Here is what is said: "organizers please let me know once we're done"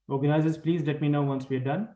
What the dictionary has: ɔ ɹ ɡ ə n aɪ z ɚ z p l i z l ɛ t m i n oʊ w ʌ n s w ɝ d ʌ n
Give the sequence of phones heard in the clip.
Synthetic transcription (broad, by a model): ɔ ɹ ɡ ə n aɪ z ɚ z p l i z l ɛ t m i n oʊ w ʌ n s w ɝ d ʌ n